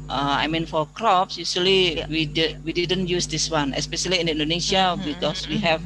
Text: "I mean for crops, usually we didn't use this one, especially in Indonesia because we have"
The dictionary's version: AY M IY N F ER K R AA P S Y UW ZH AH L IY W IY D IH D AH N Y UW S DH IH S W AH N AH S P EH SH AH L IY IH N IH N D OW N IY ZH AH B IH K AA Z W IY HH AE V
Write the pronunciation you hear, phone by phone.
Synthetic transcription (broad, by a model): AY M IY N F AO K R AA P S Y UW S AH L IY W IY D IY D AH N Y UW S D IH S W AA N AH S P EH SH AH L IY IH N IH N D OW N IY S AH B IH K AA S W IY HH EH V